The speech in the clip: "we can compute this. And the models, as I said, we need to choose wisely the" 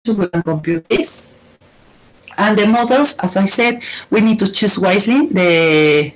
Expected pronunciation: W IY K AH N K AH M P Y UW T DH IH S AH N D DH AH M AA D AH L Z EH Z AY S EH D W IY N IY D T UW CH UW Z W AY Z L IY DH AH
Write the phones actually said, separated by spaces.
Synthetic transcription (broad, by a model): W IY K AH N K AH M P Y UW T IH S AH N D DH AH M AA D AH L S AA S AY S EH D W IY N IY D T UW CH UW S W AY S L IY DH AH